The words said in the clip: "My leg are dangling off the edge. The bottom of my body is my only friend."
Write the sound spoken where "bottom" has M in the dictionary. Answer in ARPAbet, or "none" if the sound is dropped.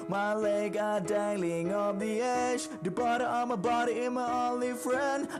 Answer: none